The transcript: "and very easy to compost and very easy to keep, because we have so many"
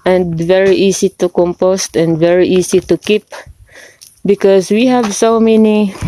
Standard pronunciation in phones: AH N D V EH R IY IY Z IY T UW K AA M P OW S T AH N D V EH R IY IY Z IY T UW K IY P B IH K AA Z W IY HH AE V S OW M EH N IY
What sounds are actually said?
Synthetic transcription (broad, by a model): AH N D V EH R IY IY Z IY T UW K AA M P OW S T AH N D V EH R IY IY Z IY T UW K IY P B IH K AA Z W IY HH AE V S OW M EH N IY